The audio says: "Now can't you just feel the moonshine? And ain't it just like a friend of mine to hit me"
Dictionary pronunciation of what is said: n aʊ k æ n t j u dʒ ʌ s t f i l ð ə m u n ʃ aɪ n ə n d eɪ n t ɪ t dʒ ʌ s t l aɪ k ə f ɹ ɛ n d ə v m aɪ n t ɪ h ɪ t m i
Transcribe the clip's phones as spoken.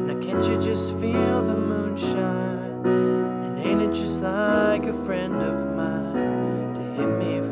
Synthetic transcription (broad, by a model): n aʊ k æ n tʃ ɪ dʒ ʌ s t f i l ð ə m u n ʃ aɪ n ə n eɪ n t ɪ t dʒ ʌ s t l aɪ k ə f ɹ ɛ n d ə v m aɪ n t ɪ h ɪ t m i